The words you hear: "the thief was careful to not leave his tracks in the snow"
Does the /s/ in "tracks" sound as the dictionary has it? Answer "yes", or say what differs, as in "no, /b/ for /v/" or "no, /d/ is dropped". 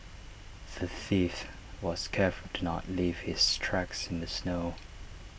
yes